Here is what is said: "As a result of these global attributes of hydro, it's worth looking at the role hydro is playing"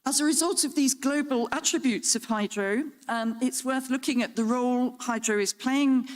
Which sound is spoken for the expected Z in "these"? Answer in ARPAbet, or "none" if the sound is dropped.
Z